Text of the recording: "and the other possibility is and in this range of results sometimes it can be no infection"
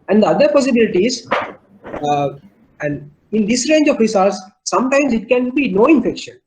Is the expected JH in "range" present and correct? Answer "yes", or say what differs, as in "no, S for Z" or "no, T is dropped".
yes